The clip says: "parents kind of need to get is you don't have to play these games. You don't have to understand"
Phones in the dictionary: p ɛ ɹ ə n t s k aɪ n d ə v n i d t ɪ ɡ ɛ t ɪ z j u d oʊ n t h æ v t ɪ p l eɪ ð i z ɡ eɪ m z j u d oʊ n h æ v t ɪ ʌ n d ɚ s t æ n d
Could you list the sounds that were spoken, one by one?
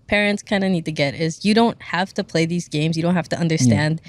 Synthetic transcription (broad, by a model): p ɛ ɹ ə n t s k aɪ n d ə n i d t ɪ ɡ ɛ t ɪ z j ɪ d oʊ n t h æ f t ɪ p l eɪ ð i z ɡ eɪ m z j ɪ d oʊ n h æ f t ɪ ʌ n d ɚ s t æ n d